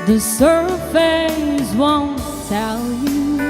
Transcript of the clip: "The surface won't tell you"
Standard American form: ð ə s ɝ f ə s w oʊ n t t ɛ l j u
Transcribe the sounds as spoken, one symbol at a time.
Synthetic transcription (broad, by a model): ð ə s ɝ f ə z w oʊ n t s ɛ l j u